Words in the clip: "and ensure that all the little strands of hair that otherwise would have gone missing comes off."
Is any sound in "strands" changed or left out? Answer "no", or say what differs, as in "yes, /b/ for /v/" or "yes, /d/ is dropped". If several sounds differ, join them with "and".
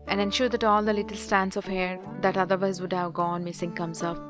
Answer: yes, /ɹ/ is dropped